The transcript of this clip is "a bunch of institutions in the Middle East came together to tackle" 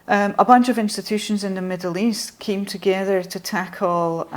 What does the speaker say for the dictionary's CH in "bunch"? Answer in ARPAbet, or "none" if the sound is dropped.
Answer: CH